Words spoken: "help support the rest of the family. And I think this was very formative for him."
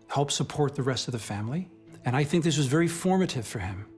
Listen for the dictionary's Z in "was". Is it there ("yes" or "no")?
yes